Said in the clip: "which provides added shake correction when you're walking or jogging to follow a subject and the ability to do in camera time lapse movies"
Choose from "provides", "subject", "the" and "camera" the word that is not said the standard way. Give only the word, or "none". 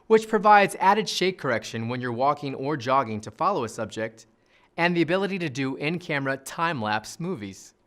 none